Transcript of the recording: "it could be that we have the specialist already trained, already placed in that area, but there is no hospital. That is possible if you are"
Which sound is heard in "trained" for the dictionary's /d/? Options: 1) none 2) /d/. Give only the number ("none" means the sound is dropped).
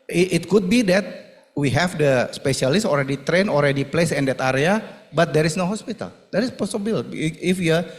1